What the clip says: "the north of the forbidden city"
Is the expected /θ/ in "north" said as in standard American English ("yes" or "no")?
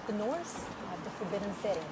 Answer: no